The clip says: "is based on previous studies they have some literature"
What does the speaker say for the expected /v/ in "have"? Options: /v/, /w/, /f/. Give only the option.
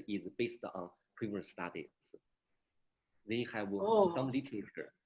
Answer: /w/